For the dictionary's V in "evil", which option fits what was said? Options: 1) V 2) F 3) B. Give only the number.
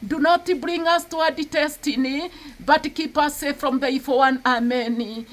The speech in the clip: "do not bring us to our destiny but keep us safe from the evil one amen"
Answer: 2